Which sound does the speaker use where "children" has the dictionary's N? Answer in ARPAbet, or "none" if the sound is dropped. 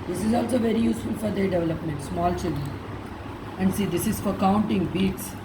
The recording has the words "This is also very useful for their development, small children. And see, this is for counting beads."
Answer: none